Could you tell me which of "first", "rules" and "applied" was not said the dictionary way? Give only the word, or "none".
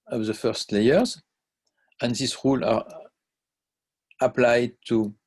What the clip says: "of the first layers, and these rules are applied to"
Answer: rules